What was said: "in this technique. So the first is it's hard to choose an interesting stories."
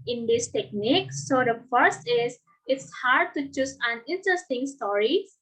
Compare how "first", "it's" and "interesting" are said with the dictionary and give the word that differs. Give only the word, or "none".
none